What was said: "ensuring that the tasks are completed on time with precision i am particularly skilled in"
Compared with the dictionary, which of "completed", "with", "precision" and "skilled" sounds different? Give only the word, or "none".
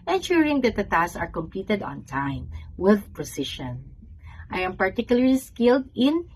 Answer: precision